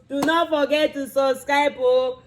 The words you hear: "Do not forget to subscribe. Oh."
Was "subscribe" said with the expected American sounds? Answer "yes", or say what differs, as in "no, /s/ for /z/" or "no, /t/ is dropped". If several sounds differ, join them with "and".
no, /b/ is dropped and /ɹ/ is dropped